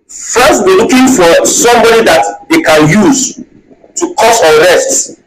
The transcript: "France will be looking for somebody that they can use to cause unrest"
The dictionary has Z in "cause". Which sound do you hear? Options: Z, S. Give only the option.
S